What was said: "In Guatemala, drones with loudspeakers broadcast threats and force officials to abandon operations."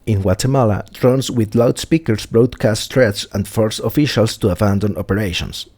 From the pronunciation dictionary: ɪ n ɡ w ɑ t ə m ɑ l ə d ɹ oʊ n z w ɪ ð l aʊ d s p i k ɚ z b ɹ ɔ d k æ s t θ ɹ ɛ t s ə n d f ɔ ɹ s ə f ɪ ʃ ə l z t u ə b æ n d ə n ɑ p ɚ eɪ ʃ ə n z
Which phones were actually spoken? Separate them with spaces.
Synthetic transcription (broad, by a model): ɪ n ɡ w ɑ t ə m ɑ l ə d ɹ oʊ n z w ɪ ð l aʊ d s p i k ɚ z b ɹ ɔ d k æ s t t ɹ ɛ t s ə n d f ɔ ɹ s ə f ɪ ʃ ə l s t u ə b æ n d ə n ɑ p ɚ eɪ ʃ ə n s